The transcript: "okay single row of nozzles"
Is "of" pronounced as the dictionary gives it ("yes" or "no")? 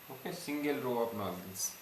no